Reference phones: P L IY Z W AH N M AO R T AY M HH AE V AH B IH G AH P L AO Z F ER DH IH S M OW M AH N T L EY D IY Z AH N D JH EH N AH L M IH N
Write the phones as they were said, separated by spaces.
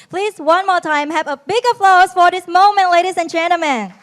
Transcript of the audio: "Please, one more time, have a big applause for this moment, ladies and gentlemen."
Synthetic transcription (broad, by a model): P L IY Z W AH N M AO R T AY M HH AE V AH B IH G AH F L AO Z F ER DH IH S M OW M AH N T L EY D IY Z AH N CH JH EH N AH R M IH N